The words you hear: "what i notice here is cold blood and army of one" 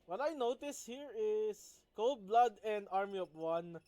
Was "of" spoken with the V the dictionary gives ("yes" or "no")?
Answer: no